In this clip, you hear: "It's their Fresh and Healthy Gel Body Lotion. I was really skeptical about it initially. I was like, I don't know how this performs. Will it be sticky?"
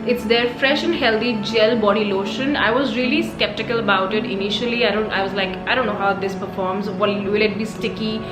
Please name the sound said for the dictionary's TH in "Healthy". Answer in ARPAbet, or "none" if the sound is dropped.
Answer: T